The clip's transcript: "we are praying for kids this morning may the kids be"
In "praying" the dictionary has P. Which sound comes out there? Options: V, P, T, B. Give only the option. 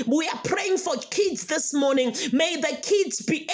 P